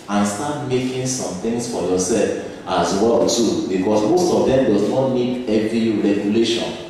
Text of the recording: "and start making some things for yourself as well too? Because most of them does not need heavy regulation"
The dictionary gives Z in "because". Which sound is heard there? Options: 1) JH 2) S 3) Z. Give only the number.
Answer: 2